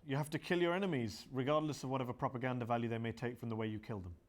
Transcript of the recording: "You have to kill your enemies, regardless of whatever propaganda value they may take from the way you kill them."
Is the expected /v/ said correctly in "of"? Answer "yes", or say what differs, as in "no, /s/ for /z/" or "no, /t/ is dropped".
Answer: yes